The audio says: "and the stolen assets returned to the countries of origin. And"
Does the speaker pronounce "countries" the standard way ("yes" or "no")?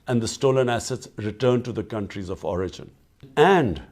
yes